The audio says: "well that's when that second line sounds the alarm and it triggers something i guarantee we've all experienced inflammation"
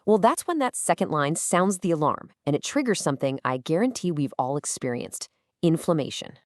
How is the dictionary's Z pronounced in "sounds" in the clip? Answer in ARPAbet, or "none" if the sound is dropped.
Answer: Z